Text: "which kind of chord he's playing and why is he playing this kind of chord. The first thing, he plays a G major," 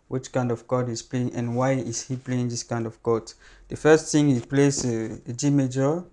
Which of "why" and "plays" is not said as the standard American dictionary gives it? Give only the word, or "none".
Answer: plays